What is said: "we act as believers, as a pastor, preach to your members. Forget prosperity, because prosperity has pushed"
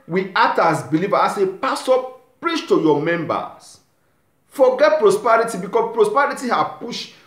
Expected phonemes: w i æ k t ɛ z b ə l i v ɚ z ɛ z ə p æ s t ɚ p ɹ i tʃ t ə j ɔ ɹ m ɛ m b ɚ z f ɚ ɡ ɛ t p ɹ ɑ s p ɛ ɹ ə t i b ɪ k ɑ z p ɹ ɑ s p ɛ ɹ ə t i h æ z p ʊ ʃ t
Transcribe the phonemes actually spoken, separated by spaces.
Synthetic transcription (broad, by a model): w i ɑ t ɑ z b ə l i v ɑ ɑ s ə p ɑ s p p ɹ i tʃ t ə j ɔ m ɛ m b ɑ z f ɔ ɡ ɛ t p ɹ ɑ s p ɛ ɹ ə t i b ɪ k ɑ p ɹ ɑ s p ɛ ɹ ə t i h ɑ p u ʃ